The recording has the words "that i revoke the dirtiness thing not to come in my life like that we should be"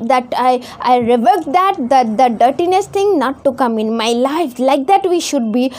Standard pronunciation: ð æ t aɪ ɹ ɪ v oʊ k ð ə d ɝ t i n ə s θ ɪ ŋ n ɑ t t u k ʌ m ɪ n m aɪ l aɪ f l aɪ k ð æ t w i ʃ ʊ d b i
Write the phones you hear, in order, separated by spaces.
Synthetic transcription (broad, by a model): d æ t aɪ ɹ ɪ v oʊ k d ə d ɝ t i n ə s t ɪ ŋ n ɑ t t u k ʌ m ɪ n m aɪ l aɪ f l aɪ k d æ t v i ʃ ʊ d b i